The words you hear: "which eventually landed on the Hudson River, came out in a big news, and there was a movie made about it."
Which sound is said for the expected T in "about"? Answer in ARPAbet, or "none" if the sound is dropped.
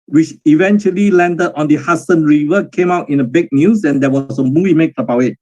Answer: none